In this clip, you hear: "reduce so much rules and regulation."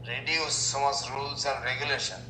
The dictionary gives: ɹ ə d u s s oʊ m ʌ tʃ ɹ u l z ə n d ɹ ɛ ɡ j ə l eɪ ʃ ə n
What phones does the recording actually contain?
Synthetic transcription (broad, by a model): ɹ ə d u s s oʊ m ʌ s ɹ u l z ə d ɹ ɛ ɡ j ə l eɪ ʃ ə n